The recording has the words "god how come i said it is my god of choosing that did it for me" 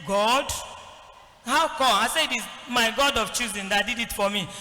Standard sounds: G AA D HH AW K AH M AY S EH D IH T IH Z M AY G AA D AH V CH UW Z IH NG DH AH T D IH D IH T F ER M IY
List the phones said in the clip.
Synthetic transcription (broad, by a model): G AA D HH AW K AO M AY S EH IH T IH Z M AY G AA D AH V CH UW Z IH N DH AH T D IH D IH T F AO M IY